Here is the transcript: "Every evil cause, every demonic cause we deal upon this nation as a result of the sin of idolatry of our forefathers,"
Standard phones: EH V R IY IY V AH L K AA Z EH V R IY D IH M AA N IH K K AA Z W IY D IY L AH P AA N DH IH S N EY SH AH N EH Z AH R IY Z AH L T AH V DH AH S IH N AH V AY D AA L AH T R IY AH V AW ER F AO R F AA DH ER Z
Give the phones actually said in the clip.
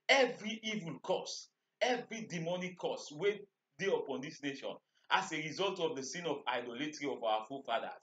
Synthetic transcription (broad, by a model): EH V R IY IY V AH L K AA S EH V R IY D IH M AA N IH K K AA S W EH D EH AH P AA N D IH S N EY SH AH N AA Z AH R IY Z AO L T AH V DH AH S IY N AH V AY D AA L AH T R IY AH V AW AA F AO F AA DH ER